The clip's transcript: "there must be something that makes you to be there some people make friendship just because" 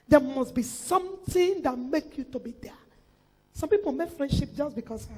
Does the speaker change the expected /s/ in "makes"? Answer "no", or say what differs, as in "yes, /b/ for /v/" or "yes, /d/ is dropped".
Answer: yes, /s/ is dropped